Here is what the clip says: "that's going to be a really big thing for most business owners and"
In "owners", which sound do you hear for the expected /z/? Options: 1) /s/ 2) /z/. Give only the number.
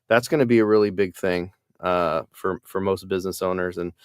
2